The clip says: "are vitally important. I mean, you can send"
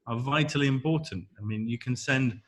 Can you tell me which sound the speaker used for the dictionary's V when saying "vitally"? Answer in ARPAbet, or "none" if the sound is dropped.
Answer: V